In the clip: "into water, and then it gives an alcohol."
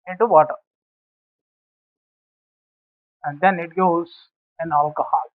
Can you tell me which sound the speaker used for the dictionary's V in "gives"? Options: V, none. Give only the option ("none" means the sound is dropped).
none